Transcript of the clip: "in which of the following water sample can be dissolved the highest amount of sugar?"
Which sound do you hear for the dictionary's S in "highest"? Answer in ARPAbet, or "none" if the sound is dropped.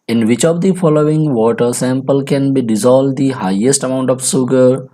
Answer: S